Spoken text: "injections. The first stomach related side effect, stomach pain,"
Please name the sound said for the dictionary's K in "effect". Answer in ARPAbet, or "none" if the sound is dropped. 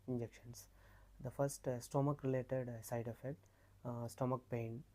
none